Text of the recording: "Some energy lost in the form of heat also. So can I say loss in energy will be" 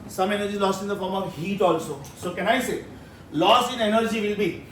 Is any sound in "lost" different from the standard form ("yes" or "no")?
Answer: yes